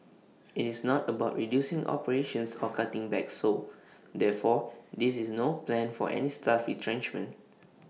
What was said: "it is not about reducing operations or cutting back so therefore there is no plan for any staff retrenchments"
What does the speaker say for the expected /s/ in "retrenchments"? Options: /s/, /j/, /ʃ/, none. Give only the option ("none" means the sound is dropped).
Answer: none